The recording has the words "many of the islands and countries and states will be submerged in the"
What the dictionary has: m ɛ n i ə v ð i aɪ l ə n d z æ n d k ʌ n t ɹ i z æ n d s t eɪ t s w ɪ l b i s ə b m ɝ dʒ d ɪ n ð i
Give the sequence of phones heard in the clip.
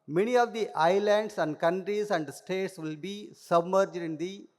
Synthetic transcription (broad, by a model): m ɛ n i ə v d i aɪ l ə n d s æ n d k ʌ n t ɹ i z æ n d s t eɪ t s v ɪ l b i s ə b m ɝ dʒ d ɪ n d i